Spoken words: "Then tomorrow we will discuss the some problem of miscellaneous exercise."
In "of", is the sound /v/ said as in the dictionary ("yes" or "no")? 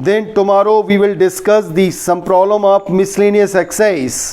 no